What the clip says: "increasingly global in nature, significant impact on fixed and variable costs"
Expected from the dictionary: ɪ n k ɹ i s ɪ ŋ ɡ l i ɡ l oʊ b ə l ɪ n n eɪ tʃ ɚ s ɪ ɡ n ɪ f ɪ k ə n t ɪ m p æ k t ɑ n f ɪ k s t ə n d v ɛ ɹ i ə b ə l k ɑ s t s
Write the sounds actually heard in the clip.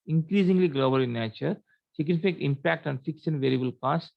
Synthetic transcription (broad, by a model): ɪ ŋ k ɹ i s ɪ ŋ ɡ l i ɡ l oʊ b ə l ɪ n n eɪ tʃ ɚ s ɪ ɡ n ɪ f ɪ ə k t ɪ m p æ k t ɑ n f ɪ k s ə n v ɛ ɹ i ə b ə l k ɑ s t